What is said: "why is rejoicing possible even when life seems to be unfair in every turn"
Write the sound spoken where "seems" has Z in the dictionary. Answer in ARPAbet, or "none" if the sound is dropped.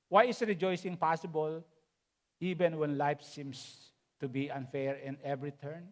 S